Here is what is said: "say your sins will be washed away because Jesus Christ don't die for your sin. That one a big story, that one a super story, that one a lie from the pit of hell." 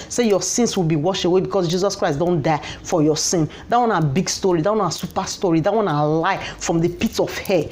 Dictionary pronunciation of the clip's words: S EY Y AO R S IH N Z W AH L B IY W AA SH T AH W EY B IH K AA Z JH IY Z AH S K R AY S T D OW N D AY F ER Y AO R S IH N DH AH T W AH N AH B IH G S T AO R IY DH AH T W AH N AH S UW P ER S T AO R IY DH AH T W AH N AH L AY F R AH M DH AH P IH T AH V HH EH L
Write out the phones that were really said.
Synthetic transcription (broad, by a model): S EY Y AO S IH N S W AH L B IY W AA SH AH W EY B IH K AA S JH IY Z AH S K R AY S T D OW N D AY F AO Y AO S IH N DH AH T W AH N AH B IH G S T AO R IY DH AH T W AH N AH S UW P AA S T AO R IY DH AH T W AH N AH L AY F R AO M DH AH P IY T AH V HH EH